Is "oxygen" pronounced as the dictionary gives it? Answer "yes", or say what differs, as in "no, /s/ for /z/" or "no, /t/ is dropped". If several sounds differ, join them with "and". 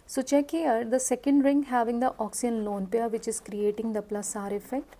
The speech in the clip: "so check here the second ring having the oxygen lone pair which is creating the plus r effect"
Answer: no, /dʒ/ is dropped